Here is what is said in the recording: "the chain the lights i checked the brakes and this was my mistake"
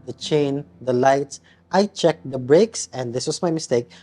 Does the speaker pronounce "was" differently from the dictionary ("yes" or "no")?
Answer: yes